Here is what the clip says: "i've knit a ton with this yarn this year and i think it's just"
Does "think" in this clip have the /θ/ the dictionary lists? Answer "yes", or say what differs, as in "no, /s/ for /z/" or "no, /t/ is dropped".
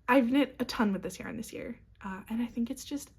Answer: yes